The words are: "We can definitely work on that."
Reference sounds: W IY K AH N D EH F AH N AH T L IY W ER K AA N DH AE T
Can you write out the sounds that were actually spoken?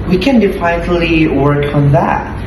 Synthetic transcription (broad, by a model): W IY K AH N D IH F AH AH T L IY W ER K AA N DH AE T